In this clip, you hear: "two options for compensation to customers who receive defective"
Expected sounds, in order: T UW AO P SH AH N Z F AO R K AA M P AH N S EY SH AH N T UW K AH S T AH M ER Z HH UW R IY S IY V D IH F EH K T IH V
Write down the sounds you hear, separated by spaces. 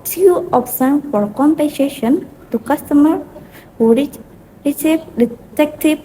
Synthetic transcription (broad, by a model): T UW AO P S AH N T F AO R K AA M P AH N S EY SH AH N T UW K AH S T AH M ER HH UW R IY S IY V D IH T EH K T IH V